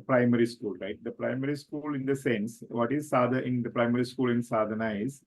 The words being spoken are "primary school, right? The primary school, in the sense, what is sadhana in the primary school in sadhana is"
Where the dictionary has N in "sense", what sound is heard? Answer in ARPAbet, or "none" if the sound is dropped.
N